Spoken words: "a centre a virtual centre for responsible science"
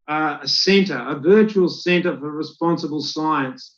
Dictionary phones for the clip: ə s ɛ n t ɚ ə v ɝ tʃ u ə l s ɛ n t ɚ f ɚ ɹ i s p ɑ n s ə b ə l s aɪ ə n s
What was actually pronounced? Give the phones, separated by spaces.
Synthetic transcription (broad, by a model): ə s ɛ n t ɚ ə v ɝ tʃ u ə l s ɛ n t ɚ f ɚ ɹ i s p ɑ n s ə b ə l s aɪ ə n s